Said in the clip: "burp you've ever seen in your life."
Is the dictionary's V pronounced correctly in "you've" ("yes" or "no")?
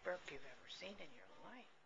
yes